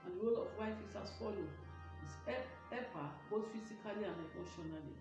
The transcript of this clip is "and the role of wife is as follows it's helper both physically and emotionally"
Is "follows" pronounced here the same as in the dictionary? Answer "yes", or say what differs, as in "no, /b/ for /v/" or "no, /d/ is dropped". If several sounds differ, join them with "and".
no, /z/ is dropped